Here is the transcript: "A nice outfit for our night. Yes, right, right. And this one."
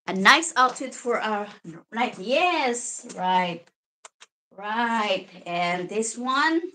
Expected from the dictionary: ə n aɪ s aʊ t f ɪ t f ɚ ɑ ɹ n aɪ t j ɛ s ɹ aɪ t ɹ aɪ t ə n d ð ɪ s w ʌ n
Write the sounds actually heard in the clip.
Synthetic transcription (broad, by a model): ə n aɪ s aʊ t ɪ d f ɚ ɑ ɹ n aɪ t j ɛ s ɹ aɪ t ɹ aɪ t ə n ð ɪ s w ʌ n